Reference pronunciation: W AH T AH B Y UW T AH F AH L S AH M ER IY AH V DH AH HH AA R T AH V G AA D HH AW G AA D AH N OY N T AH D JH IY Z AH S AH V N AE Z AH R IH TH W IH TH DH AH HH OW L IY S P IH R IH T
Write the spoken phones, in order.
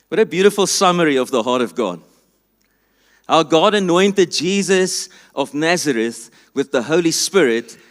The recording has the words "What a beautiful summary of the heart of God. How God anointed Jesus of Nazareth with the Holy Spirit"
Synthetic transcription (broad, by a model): W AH T AH B Y UW T AH F AH L S AH M ER IY AH V DH AH HH AA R T AH V G AA D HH AW G AA D AH N OY N T AH D JH IY Z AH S AH V N AE Z AH R IH TH W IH DH AH HH OW L IY S P IH R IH T